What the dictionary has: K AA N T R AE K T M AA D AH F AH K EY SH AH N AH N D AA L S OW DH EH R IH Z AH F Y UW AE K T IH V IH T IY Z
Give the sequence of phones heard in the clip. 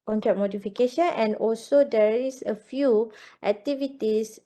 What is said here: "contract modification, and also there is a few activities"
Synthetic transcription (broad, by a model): K AA N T R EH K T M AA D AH F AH K EY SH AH N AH N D AA L S OW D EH R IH S AH F Y UW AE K T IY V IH T IY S